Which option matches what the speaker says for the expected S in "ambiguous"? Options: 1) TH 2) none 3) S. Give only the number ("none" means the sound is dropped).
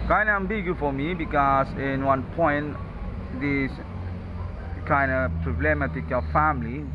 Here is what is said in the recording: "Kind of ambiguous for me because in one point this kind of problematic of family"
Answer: 2